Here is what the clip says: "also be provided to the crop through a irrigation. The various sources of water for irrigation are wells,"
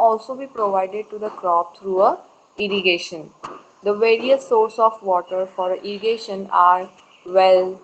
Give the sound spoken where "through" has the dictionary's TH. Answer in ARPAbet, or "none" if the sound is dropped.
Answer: T